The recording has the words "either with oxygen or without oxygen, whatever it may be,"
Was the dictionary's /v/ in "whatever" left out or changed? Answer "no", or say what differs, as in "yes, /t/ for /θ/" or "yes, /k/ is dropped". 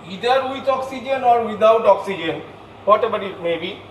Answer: yes, /b/ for /v/